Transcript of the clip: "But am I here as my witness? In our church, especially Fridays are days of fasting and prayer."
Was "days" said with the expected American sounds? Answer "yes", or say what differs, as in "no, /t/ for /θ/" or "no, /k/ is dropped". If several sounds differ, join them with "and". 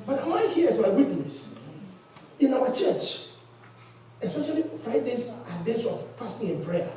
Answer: no, /s/ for /z/